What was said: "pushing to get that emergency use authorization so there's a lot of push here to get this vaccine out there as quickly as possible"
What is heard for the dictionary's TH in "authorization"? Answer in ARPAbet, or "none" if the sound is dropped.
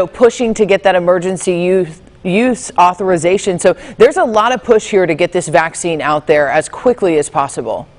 TH